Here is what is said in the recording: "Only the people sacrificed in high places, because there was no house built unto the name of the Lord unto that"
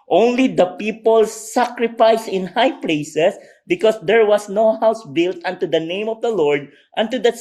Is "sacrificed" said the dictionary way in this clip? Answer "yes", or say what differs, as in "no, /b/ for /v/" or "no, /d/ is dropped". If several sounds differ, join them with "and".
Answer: no, /t/ is dropped